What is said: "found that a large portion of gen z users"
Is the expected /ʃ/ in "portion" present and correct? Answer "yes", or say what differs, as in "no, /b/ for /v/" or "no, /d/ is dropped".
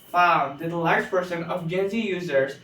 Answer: no, /s/ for /ʃ/